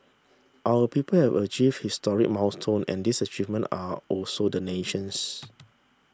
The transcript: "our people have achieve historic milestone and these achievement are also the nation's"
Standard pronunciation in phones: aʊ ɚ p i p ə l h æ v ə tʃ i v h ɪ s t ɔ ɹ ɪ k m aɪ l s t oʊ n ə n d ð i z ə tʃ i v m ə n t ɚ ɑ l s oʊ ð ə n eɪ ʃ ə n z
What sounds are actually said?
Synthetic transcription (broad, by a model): aʊ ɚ p i p ə l h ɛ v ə tʃ i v h ɪ s t ɔ ɹ ɪ k m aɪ s t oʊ n ə n d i s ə tʃ i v m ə n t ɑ ɑ l s oʊ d ə n eɪ ʃ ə n s